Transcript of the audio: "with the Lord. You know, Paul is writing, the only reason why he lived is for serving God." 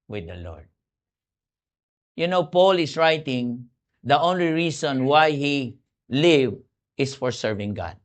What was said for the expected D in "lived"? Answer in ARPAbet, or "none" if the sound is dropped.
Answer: none